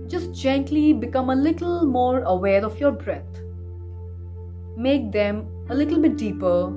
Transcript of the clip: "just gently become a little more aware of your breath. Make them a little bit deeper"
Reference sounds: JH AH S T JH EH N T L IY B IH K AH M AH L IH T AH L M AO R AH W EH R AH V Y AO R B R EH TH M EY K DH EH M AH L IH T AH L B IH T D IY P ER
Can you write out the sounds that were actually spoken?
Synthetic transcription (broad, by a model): JH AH S T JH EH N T L IY B IH K AH M AH L IH T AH L M AO R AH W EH R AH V Y AO R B R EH T M EY K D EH M AH L IH T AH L B IH T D IY P ER